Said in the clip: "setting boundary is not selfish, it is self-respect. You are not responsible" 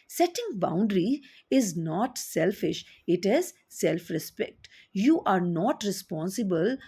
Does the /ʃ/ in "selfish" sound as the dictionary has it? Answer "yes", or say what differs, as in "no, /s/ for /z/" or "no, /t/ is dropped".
yes